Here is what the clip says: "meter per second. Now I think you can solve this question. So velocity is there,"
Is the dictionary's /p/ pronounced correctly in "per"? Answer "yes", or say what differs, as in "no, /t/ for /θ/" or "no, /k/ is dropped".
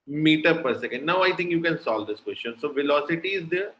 yes